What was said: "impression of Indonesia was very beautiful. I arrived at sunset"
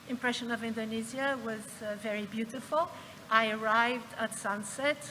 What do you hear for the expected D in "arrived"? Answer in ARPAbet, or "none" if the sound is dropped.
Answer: D